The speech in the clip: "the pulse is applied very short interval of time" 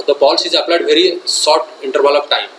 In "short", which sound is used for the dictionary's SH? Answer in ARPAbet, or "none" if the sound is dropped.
S